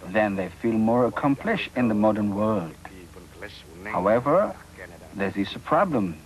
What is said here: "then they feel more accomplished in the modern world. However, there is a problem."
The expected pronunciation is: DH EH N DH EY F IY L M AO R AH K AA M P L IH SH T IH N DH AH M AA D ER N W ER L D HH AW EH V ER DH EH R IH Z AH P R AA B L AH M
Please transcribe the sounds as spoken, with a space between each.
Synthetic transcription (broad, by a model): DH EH N DH EY F IY L M AO R AH K AA M P L IH SH T IH N DH AH M AA D ER N W ER L D HH AW EH V ER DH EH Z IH S AH P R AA B L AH M